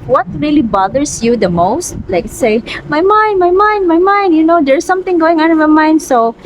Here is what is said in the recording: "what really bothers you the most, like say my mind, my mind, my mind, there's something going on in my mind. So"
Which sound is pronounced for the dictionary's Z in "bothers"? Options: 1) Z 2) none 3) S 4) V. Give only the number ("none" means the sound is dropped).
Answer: 3